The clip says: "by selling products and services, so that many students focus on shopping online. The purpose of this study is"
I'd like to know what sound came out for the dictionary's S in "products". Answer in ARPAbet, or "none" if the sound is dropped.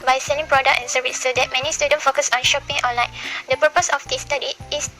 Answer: none